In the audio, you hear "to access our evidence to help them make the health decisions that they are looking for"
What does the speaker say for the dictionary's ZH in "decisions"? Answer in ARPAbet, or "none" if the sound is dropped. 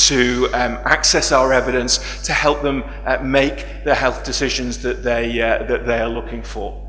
ZH